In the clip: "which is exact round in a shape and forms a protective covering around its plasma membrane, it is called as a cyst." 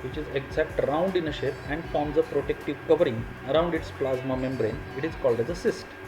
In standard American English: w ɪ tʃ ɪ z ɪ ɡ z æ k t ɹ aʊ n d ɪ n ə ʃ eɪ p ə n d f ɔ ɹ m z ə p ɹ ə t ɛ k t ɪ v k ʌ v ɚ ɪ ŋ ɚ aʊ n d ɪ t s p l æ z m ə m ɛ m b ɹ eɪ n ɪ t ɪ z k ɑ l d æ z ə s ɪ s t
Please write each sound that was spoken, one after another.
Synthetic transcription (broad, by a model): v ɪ tʃ ɪ z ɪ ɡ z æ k t ɹ aʊ n d ɪ n ə ʃ eɪ p ə n d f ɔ ɹ m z ə p ɹ ə t ɛ k t ɪ v k ʌ v ɚ ɪ ŋ ɚ aʊ n d ɪ t s p l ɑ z m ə m ɛ m b ɹ eɪ n ɪ t ɪ z k ɑ l d æ z ə s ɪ s t